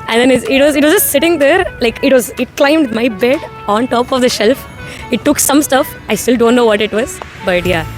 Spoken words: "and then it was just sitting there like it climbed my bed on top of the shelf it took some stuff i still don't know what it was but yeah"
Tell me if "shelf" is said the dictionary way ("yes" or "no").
yes